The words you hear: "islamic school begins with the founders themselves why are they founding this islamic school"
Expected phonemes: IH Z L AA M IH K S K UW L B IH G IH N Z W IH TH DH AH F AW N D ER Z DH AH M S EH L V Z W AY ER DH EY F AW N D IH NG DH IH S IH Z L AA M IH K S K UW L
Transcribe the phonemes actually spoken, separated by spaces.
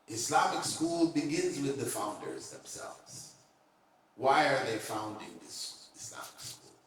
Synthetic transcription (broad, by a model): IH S L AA M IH K S K UW L B IH G IH N Z W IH DH AH F AW N D ER Z DH AH M S EH L V Z W AY ER DH EY F AW N D IH NG DH IH S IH S L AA M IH K S K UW L